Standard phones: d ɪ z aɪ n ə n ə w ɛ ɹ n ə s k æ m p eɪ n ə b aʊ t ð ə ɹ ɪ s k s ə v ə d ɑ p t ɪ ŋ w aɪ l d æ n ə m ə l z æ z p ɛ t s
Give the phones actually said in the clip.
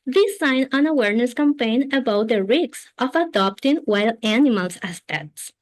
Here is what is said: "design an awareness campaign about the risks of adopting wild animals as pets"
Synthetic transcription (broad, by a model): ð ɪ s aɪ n ə n ə w ɛ ɹ n ə s k æ m p eɪ n ə b aʊ t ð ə ɹ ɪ k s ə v ə d ɑ p t ɪ ŋ w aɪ l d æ n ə m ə l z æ s p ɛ t s